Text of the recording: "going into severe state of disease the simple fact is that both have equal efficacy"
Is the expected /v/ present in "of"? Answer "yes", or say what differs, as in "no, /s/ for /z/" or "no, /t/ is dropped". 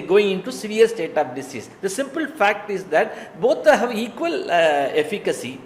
no, /p/ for /v/